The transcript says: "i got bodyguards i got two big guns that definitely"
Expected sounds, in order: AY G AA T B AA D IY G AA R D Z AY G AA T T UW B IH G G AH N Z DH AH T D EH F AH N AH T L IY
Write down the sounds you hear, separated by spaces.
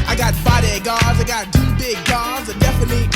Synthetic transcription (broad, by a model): AY G AA T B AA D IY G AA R Z AY G AA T T UW B IH G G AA Z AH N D EH F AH N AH T L IY